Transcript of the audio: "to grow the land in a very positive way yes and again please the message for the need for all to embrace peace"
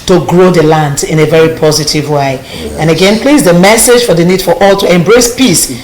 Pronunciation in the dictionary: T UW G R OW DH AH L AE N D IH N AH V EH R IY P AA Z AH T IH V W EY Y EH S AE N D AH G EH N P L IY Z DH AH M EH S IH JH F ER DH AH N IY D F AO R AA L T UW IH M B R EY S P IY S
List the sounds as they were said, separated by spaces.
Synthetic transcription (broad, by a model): T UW G R OW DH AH L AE N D IH N AH V EH R IY P AA Z AH T IH V W EY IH AE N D AH G EH N P L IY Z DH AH M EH S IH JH F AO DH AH N IY D F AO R AA L T UW IH M B R EY S P IY S